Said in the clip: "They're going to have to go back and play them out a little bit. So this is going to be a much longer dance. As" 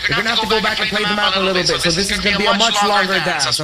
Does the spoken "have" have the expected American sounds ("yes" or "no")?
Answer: no